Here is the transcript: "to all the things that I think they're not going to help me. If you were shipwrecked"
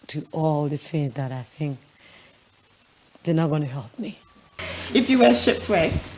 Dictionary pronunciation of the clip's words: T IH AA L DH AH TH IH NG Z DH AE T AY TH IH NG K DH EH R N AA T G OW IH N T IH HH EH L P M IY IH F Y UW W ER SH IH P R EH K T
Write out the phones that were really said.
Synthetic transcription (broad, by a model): T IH AA L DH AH TH IH NG Z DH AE T AY TH IH NG K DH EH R N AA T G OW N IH HH EH L P M IY IH F Y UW W ER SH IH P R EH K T